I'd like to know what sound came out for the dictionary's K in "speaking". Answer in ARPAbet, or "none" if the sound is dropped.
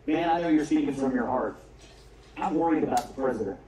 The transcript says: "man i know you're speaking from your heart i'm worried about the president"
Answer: none